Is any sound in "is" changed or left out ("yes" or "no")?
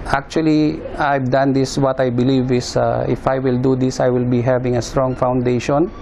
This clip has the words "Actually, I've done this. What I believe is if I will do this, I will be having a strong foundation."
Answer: yes